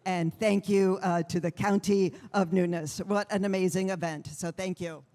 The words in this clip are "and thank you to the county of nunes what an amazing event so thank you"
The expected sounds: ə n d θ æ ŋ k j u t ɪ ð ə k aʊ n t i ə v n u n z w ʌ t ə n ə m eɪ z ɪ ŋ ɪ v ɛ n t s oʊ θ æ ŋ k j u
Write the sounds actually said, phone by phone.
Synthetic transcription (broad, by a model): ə n θ æ ŋ k j u t ɪ ð ə k aʊ n t i ə v n u n s w ʌ t ə n ə m eɪ z ɪ ŋ ɪ v ɛ n t s oʊ θ æ ŋ k j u